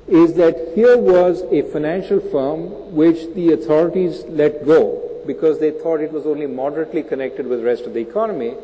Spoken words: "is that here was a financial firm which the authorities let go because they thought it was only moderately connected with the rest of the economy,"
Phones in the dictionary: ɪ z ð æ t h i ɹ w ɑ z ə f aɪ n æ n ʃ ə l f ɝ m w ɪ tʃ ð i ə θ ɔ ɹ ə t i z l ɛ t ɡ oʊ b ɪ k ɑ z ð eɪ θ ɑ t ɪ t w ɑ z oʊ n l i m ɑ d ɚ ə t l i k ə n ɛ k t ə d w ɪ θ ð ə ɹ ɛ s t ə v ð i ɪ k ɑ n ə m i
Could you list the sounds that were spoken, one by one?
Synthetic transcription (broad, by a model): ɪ z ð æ t h i ɹ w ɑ z ə f aɪ n æ n ʃ ə l f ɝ m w ɪ tʃ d i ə t ɔ ɹ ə t i z l ɛ t ɡ oʊ b ɪ k ɑ z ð eɪ t ɑ t ɪ t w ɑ z oʊ n l i m ɑ d ɚ ə t l i k ə n ɛ k t ə d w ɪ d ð ɹ ɛ s t ə v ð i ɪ k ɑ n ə m i